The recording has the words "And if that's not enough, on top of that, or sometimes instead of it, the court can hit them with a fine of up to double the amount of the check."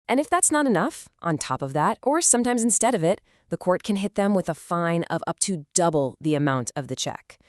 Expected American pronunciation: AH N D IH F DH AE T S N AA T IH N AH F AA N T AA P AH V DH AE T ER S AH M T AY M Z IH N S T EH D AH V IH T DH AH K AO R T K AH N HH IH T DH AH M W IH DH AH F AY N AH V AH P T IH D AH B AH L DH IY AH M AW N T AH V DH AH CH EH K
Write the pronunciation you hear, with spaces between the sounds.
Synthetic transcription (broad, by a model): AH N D IH F DH AE T S N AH T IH N AH F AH N T AA P AH V DH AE T ER S AH M T AY M Z IH N S T EH D AH V IH T DH AH K AO R T K AH N HH IH T DH AH M W IH DH AH F AY N AH V AH P T IH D AH B L DH IY AH M AW N T AH V DH AH CH EH K